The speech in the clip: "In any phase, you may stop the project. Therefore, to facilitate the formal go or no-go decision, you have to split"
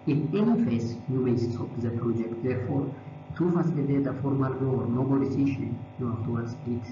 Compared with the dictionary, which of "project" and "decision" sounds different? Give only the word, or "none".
decision